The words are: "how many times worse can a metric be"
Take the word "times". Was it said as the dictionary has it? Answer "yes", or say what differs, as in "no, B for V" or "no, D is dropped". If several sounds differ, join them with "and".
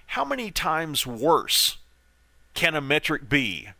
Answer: yes